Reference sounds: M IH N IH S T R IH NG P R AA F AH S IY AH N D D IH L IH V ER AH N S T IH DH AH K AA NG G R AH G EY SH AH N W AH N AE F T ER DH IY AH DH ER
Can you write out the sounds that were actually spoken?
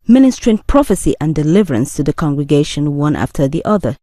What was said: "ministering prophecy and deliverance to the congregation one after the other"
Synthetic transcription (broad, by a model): M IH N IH S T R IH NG P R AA F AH S IY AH N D D IH L IH V ER AH N S T IH DH AH K AA NG G R AH G EY SH AH N W AH N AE F T ER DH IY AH DH ER